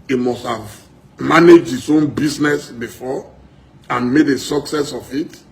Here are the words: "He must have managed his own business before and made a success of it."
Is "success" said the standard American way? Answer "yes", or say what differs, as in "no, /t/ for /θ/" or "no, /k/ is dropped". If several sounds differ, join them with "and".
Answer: yes